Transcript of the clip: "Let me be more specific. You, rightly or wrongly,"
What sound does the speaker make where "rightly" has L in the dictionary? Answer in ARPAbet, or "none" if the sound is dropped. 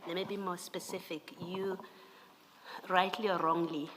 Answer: L